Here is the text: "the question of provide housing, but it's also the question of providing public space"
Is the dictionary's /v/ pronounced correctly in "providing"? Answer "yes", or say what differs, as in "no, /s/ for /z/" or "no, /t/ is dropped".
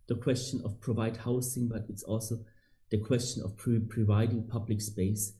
yes